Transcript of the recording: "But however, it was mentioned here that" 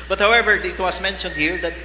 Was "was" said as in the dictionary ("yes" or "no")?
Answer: no